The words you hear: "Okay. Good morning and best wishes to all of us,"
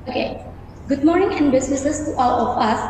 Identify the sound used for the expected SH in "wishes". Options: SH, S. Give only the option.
S